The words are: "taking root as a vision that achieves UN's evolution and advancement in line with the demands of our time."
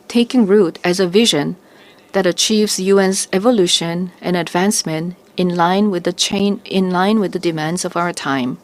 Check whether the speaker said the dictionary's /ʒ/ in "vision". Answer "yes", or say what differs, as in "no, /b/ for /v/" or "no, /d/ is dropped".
yes